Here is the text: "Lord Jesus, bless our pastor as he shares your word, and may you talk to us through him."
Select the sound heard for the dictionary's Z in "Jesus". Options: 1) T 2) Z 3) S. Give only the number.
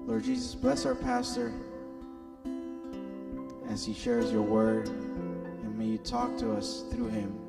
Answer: 2